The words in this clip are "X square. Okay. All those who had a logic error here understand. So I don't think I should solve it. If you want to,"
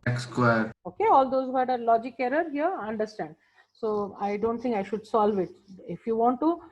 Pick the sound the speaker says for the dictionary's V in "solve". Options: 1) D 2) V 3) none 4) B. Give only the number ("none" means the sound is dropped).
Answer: 2